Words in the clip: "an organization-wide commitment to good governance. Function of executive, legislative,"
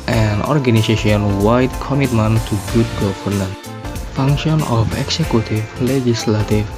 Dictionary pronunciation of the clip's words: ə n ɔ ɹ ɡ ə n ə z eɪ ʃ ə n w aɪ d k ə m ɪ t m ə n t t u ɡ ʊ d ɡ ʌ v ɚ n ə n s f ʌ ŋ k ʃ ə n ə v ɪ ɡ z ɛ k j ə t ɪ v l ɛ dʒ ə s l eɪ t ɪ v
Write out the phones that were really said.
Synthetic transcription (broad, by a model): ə n ɔ ɹ ɡ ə n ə s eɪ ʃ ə n w aɪ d k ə m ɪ t m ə n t t u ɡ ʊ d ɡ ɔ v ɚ n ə n f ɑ ŋ k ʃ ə n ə f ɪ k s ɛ k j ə t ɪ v l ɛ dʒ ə s l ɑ t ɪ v